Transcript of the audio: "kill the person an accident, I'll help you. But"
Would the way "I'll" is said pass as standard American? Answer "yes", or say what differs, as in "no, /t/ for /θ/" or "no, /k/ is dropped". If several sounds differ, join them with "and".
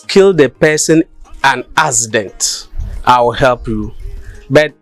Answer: no, /w/ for /l/